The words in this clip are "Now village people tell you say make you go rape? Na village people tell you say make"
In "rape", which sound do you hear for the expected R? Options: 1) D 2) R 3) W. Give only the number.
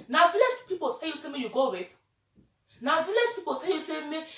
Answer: 3